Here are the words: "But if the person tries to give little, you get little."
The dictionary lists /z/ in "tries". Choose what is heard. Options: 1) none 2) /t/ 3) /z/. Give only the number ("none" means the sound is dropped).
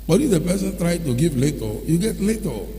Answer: 1